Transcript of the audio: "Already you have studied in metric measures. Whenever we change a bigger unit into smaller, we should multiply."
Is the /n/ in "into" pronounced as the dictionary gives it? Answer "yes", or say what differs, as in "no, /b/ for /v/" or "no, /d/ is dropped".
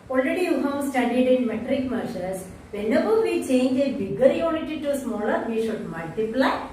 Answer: no, /n/ is dropped